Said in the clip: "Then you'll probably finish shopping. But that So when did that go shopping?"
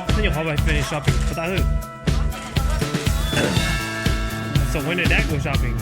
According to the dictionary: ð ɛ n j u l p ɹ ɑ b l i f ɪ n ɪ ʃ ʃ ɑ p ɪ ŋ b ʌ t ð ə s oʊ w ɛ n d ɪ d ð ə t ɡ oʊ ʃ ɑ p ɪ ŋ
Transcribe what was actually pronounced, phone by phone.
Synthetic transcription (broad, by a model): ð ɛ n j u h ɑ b i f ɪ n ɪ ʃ ʃ ɑ p ɪ ŋ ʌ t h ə s oʊ w ɛ n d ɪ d ð ə t ɡ oʊ ʃ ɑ p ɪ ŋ